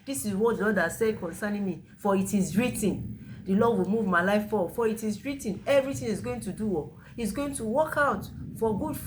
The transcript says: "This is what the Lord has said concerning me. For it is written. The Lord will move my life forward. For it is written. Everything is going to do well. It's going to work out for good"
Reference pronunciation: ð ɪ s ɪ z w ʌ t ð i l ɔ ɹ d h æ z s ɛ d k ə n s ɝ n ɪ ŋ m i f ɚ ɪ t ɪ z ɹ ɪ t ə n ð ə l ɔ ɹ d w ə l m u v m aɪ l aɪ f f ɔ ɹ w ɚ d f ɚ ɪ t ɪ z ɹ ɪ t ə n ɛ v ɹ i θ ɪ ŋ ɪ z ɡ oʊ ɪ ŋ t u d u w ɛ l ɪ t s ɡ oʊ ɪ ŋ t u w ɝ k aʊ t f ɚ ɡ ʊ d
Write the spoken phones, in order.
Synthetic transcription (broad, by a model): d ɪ s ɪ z w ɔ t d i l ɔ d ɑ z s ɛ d k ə n s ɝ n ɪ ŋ m i f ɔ ɪ t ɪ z ɹ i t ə n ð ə l ɔ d w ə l m u v m aɪ l aɪ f f ɔ f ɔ ɪ t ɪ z ɹ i t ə n ɛ v ɹ i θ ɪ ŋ ɪ z ɡ oʊ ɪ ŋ t u d u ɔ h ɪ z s ɡ oʊ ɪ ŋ t u w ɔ k aʊ t f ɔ ɡ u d